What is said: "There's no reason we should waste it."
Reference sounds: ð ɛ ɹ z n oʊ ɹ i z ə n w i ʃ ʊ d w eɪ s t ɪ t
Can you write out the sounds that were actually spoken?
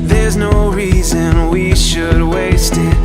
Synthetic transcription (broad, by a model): ð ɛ ɹ z n oʊ ɹ i z ə n w i ʃ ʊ d w eɪ s t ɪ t